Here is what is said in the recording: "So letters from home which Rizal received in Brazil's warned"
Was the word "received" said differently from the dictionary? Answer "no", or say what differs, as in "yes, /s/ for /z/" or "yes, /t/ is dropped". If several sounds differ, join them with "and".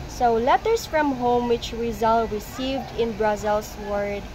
no